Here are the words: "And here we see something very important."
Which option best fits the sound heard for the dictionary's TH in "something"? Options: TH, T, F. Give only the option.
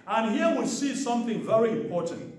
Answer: TH